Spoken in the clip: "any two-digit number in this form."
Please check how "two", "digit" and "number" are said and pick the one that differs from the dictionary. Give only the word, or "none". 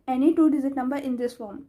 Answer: digit